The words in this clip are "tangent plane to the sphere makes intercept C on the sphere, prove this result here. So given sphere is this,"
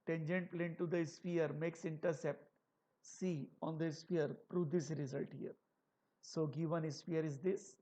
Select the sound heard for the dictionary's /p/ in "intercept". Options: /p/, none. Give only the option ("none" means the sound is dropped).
/p/